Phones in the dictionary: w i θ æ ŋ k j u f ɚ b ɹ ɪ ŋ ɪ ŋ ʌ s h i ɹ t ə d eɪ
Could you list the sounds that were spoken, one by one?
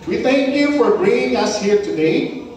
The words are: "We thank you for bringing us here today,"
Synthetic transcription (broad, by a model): w i θ æ ŋ k j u f ɚ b ɹ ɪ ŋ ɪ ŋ ʌ s h i ɹ t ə d eɪ